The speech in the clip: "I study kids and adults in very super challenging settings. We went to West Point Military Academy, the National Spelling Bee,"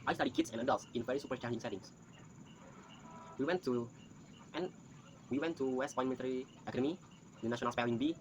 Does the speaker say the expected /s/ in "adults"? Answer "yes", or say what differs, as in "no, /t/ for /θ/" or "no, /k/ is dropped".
yes